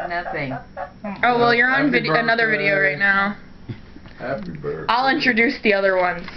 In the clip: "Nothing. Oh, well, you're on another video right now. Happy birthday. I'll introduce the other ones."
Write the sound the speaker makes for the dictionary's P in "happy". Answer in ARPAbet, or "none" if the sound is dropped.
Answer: none